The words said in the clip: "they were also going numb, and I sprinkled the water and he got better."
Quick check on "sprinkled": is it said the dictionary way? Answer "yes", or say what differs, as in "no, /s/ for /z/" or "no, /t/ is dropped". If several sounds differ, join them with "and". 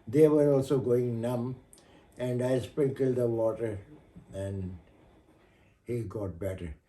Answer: no, /ɹ/ is dropped